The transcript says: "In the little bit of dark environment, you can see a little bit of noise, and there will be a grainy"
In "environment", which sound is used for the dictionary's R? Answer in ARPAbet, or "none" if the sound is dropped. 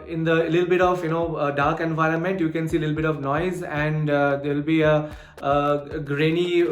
R